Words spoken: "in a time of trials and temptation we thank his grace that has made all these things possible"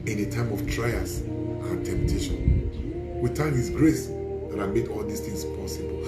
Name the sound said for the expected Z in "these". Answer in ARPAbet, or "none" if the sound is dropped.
S